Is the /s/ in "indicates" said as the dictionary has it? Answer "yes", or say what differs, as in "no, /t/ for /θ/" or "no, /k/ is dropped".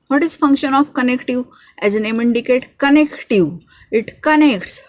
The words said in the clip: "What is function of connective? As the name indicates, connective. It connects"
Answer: no, /s/ is dropped